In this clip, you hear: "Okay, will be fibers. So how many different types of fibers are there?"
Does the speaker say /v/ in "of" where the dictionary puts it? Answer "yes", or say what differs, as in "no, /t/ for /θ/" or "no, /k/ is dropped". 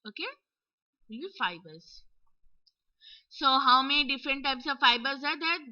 yes